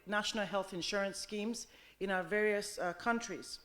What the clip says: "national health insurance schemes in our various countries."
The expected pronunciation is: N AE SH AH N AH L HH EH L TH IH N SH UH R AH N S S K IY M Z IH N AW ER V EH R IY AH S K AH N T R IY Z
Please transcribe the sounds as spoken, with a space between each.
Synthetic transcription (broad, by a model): N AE SH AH N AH L HH EH L TH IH N SH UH R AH N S S K IY M Z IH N AW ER V EH R IY AH S K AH N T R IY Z